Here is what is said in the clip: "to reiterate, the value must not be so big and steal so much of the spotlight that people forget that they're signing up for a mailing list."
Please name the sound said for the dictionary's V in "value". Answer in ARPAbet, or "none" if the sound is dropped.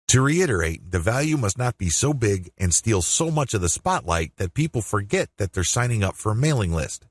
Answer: V